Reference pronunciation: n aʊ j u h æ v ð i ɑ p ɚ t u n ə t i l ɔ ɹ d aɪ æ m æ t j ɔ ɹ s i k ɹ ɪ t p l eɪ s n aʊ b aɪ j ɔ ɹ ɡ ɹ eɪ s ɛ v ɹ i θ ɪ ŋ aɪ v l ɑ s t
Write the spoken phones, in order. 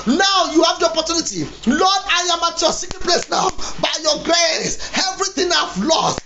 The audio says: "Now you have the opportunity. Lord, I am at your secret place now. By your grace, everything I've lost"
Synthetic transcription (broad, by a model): n aʊ j u h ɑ v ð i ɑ p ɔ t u n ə t i l ɔ d aɪ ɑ m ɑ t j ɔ s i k ɪ p l eɪ s n aʊ b aɪ j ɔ ɡ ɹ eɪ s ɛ v ɹ i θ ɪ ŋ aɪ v l ɑ s t